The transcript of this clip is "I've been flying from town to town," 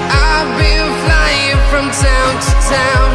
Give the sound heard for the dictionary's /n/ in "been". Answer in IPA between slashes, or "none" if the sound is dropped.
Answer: /l/